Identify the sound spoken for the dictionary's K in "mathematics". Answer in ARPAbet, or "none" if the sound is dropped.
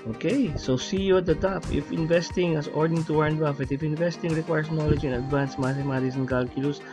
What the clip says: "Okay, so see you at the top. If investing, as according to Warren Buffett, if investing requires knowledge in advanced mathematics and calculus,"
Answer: none